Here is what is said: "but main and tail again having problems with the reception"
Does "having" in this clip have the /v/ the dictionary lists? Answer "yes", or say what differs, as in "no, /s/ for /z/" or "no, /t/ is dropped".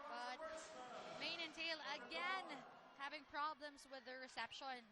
yes